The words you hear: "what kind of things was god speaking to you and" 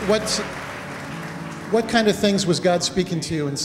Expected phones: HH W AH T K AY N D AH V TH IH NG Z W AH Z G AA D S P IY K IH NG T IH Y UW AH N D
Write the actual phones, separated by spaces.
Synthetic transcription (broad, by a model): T W AH T K AY N D AH V TH IH NG Z W AH Z G AA D S P IY K IH NG T IH Y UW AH N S